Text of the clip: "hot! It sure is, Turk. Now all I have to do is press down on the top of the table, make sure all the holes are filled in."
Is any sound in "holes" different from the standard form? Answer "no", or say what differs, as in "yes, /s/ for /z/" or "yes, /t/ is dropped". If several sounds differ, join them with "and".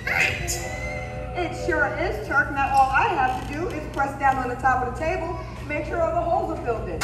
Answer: no